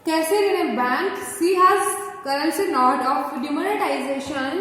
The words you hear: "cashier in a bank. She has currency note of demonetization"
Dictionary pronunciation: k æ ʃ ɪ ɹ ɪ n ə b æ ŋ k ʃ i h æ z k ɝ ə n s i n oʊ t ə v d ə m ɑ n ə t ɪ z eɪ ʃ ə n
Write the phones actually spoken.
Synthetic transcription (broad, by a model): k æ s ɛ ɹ ɪ n ə b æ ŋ k s i h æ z k ɝ ə n s i n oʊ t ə f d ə m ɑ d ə t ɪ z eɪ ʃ ə n